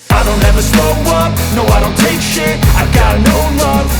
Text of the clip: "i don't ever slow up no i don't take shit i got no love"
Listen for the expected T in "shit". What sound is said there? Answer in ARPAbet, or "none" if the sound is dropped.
none